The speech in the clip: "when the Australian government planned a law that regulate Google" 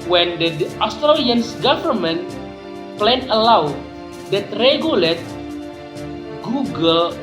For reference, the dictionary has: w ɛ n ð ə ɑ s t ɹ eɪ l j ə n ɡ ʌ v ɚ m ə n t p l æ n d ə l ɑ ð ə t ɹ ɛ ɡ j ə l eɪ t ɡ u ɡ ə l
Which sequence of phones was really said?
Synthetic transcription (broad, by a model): w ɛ n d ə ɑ s t ɹ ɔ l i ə n ɡ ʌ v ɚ m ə n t p l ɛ n ə l ɑ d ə t ɹ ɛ ɡ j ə l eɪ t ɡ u ɡ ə l